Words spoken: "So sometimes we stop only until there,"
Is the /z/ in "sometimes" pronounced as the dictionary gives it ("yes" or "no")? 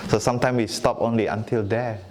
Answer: no